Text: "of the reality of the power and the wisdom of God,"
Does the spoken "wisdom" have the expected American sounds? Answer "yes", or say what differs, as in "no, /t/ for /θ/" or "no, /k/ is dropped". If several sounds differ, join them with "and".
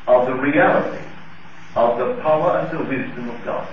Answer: yes